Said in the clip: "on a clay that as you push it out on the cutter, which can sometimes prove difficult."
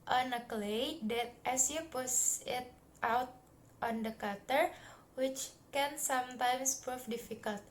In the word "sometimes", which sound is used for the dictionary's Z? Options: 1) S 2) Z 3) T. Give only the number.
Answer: 1